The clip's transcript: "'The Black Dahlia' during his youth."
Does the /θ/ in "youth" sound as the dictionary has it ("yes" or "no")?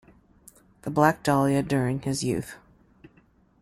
yes